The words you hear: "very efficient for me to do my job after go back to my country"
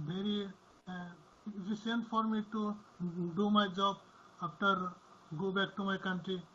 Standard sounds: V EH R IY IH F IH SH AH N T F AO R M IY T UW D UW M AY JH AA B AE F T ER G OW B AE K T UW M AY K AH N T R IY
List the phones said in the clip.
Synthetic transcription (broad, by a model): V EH R IY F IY S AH N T F AO R M IY T UW D UW M AY JH AA B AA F T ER G OW B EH K T UW M AY K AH N T R IY